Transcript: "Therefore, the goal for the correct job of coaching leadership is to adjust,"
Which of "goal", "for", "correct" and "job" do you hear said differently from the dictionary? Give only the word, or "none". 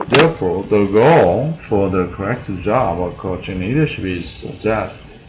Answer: none